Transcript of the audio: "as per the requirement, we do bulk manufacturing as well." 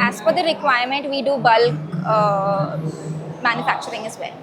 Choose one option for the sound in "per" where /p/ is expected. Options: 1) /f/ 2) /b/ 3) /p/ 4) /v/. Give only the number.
1